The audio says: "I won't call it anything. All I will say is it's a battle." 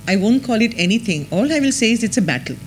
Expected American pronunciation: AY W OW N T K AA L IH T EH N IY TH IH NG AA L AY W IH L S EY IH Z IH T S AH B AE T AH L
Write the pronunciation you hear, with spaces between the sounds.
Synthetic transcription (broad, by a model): AY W OW N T K AA L IH T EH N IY T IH NG AA L AY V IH L S EY IH Z IH T S AH B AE T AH L